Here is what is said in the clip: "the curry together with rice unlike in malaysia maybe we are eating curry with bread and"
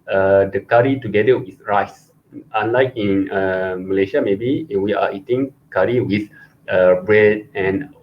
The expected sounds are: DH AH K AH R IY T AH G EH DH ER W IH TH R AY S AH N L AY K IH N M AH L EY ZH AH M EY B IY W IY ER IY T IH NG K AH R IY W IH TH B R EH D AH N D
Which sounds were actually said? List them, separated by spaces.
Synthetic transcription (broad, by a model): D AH K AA R IY T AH G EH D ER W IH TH R AY S AH N L AY K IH N M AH L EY SH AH M EY B IY W IY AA IY T IH NG K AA R IY W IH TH B R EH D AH N